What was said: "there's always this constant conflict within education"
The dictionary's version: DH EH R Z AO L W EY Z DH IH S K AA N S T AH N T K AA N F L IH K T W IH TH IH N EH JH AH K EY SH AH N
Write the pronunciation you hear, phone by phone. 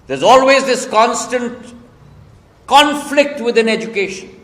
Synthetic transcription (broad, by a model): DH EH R Z AO L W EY Z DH IH S K AA N S T AH N T K AA N F L IH K T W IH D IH N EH JH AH K EY SH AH N